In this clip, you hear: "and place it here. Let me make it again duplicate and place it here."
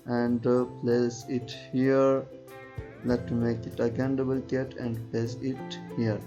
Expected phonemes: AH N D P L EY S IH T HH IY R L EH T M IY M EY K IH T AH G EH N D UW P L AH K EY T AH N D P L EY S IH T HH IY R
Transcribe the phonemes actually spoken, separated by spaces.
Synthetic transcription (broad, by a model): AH N D P L EY S IH T HH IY R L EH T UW M EY K IH T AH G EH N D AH B L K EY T AH N D P L EY S IH T HH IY R